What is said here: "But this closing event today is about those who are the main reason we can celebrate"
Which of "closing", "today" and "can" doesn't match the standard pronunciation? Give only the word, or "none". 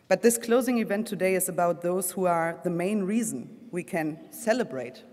none